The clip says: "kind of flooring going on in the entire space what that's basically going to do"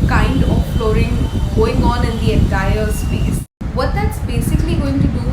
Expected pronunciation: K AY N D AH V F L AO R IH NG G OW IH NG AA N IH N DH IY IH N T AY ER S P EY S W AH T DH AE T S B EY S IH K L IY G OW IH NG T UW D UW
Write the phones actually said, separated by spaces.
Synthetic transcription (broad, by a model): K AY N D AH P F L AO R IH NG G OW IH NG AA N IH N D IY IH N T AY ER S P EY S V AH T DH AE T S B EY S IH K L IY G OW IH NG T UW D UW